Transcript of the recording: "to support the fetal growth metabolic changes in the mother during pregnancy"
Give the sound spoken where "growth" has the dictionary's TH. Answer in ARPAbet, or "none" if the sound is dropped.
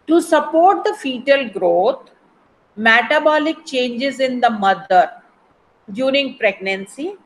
T